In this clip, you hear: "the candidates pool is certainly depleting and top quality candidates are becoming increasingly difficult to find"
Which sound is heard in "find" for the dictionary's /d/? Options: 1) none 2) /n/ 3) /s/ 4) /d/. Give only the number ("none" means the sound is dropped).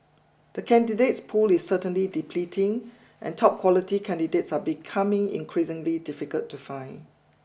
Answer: 1